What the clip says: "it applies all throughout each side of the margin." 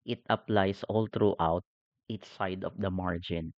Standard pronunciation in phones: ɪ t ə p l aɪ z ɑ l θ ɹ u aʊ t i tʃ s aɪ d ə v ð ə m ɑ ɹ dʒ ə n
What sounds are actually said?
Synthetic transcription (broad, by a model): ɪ t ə p l aɪ s ɑ l t ɹ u aʊ t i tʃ s aɪ d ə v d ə m ɑ ɹ dʒ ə n